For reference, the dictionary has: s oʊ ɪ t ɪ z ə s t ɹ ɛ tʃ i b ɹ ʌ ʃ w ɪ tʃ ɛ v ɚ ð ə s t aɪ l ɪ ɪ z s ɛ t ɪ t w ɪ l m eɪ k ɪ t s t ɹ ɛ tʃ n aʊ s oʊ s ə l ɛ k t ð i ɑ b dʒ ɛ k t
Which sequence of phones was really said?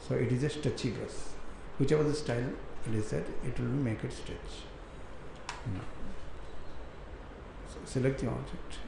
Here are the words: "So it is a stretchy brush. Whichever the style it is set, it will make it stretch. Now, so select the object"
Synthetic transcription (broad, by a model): s oʊ ɪ t ɪ z ə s t ɛ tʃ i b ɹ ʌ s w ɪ tʃ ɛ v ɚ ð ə s t aɪ l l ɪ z s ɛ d ɪ t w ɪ l m eɪ k ɪ t s t ɛ tʃ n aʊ s oʊ s ə l ɛ k t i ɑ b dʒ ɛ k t